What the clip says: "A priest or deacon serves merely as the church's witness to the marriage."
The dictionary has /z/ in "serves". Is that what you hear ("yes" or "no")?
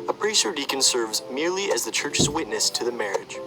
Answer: yes